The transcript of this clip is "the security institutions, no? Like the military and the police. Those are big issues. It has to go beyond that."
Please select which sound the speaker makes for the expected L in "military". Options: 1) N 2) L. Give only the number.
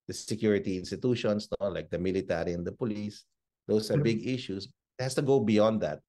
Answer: 2